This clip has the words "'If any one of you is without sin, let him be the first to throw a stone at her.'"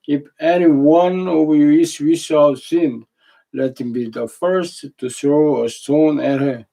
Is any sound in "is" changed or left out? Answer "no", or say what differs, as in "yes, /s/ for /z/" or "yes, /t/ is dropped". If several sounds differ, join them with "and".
yes, /s/ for /z/